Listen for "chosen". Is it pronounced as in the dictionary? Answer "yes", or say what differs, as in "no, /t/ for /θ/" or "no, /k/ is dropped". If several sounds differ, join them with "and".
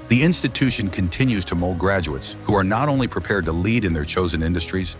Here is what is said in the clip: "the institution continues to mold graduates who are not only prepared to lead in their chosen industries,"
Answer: yes